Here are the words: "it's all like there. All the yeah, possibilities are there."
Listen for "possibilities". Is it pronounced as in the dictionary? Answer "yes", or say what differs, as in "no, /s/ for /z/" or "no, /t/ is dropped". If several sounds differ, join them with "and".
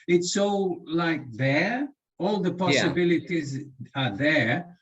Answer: yes